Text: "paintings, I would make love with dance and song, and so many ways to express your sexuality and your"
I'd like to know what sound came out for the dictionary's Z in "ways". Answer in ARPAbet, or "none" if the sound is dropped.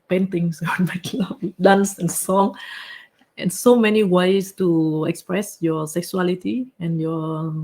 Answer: S